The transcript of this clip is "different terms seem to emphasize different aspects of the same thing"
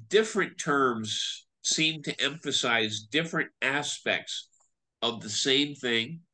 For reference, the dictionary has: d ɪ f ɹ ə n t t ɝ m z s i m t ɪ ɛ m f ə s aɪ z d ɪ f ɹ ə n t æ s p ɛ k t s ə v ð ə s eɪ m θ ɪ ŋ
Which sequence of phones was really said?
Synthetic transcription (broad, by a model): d ɪ f ɹ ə n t t ɝ m z s i m t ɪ ɛ m f ə s aɪ z d ɪ f ɹ ə n t æ s p ɛ k t s ə v ð ə s eɪ m θ ɪ ŋ